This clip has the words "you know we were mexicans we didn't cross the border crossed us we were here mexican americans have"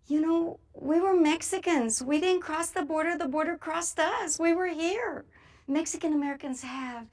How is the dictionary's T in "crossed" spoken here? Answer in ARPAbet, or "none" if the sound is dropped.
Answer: T